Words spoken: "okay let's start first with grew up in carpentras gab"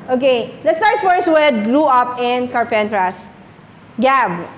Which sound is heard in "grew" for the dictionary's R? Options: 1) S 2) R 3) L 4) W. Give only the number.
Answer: 3